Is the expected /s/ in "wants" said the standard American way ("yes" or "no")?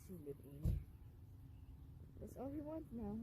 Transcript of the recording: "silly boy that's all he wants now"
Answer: no